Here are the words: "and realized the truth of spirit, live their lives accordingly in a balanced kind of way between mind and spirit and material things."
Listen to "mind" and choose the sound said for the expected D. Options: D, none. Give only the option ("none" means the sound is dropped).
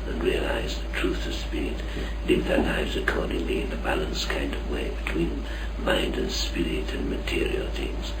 D